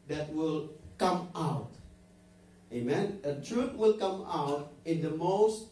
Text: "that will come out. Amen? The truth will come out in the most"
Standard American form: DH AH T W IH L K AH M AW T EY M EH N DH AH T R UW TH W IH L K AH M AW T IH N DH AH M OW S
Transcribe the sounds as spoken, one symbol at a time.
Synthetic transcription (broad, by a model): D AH T W IH L K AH M AW T EY M EH N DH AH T R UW T W IH L K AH M AW T IH N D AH M OW S